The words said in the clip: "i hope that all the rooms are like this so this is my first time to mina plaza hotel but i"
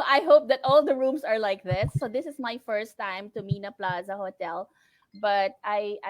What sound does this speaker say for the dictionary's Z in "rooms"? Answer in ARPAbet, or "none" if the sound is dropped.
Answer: S